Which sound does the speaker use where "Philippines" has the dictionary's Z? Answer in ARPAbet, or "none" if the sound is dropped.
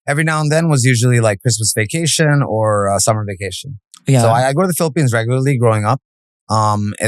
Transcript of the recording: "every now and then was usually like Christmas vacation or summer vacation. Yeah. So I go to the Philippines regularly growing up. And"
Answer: Z